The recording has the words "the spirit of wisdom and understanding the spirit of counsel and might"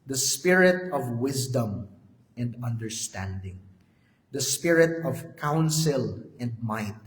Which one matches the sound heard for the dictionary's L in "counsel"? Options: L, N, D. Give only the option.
L